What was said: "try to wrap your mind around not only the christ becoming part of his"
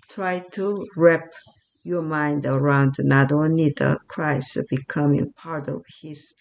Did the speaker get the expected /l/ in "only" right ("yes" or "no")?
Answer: no